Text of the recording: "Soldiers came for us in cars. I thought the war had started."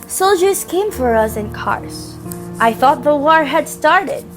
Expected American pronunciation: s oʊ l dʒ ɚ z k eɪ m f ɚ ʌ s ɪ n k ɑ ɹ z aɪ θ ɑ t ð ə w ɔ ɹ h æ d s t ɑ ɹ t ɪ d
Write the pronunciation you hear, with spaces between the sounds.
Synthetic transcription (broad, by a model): s oʊ l dʒ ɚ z k eɪ m f ɚ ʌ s ɪ n k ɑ ɹ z aɪ θ ɑ t ð ə w ɔ ɹ h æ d s t ɑ ɹ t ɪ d